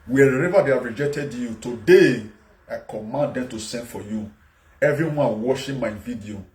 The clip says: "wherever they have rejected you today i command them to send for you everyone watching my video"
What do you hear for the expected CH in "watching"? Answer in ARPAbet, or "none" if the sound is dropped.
SH